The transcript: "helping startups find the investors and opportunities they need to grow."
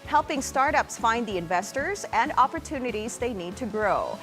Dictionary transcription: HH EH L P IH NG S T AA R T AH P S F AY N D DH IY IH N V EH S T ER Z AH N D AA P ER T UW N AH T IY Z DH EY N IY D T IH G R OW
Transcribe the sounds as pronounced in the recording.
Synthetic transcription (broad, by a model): HH EH L P IH NG S T AA R T AH P S F AY N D DH IY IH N V EH S T ER Z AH N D AA P ER T UW N AH T IY Z DH EY N IY D T IH G R OW